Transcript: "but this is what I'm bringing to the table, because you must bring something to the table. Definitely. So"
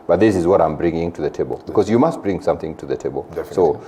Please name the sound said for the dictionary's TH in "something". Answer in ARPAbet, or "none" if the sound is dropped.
TH